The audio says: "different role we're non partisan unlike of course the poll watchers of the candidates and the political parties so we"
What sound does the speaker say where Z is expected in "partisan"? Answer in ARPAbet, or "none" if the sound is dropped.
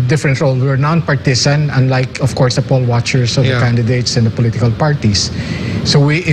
S